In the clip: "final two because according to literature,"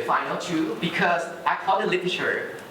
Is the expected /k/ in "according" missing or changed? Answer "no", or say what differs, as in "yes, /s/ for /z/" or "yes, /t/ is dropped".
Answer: yes, /k/ is dropped